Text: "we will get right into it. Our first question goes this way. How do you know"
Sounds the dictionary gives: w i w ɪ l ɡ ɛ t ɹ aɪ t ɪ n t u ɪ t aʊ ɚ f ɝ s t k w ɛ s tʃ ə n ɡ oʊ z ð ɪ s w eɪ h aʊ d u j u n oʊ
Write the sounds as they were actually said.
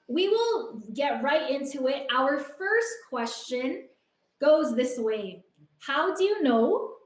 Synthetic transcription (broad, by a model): w i w ɪ l ɡ ɛ t ɹ aɪ t ɪ n t u ɪ t aʊ ɚ f ɝ s t k w ɛ s tʃ ə n ɡ oʊ z ð ɪ s w eɪ h aʊ d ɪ j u n oʊ